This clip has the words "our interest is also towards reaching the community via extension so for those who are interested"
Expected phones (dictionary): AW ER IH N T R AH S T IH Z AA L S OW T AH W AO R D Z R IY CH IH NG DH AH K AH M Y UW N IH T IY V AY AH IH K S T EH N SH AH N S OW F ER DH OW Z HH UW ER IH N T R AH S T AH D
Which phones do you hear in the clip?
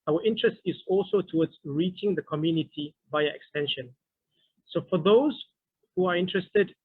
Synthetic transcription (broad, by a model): AW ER IH N T R AH S T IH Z AA L S OW T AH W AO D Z R IY CH IH NG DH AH K AH M Y UW N IH T IY B AY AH IH K S T EH N SH AH N S OW F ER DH OW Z HH UW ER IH N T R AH S T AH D